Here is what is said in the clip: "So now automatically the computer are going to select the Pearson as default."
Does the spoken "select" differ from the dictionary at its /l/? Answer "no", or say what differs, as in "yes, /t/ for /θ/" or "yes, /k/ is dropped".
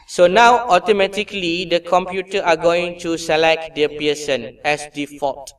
no